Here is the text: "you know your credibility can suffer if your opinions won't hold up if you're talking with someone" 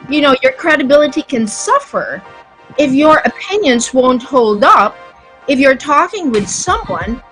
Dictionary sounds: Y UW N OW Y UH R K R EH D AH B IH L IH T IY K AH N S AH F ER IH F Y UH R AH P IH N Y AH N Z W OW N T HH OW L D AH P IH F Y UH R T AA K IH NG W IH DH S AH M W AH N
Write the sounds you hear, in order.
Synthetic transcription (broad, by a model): Y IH N OW Y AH R K R EH D AH B IH L IH T IY K AH N S AH F ER IH F Y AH R AH P IH N Y AH N Z W OW N T HH OW L D AH P IH F Y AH R T AA K IH NG W IH DH S AH M W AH N